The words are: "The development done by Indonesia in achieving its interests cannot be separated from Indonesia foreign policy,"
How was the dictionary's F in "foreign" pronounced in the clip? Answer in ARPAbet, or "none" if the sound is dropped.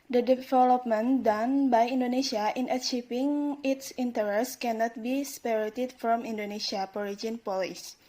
P